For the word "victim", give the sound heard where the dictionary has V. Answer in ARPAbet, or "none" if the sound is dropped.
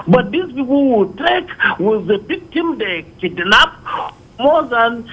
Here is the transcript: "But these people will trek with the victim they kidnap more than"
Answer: B